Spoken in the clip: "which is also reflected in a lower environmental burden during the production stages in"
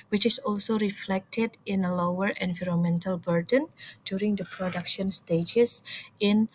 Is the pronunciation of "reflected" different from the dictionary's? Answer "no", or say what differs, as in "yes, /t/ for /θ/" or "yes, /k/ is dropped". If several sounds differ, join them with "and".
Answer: no